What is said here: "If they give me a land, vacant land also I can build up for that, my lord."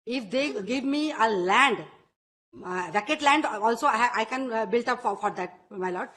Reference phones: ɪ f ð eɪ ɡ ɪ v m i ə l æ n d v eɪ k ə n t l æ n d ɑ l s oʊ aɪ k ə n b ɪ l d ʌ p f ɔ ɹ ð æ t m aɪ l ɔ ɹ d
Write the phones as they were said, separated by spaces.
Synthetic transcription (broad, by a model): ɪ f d eɪ ɡ ɪ v m i ə l æ n d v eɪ k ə t l æ n d ɑ l s oʊ aɪ k ə n b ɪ l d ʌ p f ɔ ɹ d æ t m aɪ l ɔ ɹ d